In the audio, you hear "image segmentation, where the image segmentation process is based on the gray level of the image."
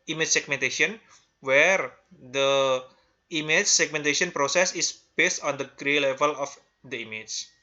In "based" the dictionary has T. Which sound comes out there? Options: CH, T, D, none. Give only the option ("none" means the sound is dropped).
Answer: T